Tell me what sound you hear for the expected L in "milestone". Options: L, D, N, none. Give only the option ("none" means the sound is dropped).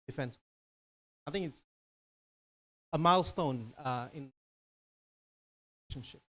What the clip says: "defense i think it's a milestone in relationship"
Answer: L